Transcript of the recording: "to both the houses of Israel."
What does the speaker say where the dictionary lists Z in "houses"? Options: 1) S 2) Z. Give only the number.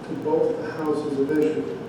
2